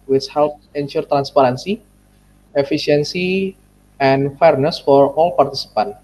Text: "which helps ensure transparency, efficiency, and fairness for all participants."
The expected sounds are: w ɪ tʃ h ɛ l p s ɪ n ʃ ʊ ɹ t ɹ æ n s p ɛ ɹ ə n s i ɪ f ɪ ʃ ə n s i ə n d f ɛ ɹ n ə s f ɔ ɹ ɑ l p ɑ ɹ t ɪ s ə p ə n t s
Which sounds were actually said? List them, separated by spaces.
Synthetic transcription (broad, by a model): w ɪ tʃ h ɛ l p ɪ n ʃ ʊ ɹ t ɹ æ n s p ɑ ɹ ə n s i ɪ f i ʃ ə n s i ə n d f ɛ ɹ n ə s f ɔ ɹ ɑ l p ɑ ɹ t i s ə p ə n